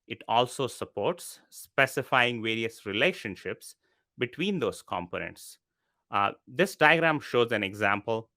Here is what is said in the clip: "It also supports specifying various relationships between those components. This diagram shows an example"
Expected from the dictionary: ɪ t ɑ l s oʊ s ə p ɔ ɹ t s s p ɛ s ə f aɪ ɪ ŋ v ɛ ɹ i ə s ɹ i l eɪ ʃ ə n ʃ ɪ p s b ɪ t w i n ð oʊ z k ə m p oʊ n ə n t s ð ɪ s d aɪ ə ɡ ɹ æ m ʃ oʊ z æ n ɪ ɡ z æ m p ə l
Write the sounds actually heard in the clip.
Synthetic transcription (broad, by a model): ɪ t ɑ l s oʊ s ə p ɔ ɹ t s s p ɛ s ə f aɪ ɪ ŋ v ɛ ɹ i ə s ɹ i l eɪ ʃ ə n ʃ ɪ p s b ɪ t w i n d oʊ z k ə m p oʊ n ə n t s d ɪ s d aɪ ə ɡ ɹ æ m ʃ oʊ z æ n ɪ ɡ z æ m p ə l